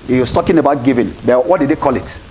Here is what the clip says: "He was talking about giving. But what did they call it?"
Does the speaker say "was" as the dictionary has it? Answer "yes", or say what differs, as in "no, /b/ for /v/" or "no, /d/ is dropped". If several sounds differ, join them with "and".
no, /s/ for /z/